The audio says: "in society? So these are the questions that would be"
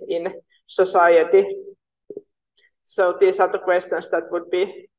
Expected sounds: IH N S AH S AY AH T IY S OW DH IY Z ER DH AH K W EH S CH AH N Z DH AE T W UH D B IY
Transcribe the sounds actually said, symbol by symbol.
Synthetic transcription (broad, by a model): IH N S AH S AY AH T IY S OW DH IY S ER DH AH K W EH S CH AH N S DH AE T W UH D B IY